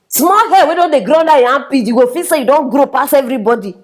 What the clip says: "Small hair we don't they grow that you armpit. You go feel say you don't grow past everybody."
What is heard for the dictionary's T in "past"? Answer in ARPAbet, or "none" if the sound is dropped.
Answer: none